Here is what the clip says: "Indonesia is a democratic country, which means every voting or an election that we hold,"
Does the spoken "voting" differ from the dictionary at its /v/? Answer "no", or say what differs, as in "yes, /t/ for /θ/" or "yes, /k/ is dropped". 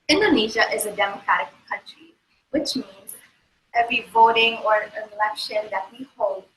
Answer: no